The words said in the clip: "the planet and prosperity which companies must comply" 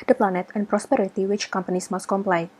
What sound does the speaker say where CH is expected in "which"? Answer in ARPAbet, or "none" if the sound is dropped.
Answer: CH